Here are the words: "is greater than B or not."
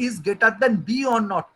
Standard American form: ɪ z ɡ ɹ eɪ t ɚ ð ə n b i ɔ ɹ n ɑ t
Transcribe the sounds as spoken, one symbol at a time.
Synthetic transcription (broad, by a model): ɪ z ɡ eɪ t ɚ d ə n b i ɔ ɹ n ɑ t